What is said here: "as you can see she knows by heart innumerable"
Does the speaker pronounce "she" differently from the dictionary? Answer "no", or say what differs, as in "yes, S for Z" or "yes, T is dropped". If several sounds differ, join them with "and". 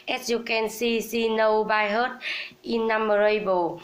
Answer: yes, S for SH